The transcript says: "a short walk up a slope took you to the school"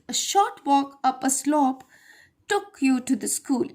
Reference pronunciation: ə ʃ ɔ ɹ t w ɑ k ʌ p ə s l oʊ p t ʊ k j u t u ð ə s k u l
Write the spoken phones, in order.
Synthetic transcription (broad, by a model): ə ʃ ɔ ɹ t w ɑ k ʌ p ə s l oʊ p t ʊ k j u t u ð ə s k u l